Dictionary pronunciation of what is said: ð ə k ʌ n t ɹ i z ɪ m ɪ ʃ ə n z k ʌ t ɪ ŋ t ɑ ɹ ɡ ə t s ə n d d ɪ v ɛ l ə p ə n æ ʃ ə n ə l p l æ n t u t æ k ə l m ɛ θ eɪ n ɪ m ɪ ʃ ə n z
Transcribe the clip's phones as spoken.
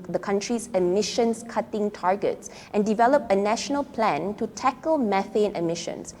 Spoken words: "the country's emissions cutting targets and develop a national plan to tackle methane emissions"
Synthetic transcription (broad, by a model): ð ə k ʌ n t ɹ i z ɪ m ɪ ʃ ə n s k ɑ t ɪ ŋ t ɑ ɹ ɡ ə t s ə n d d ɪ v ɛ l ə p ə n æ ʃ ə n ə l p l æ n t u t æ k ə l m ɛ f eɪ n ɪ m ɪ ʃ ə n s